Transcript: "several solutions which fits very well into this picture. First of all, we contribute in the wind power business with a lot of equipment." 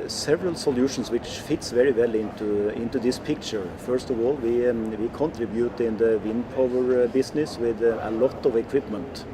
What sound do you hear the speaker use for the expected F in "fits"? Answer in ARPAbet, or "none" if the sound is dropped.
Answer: F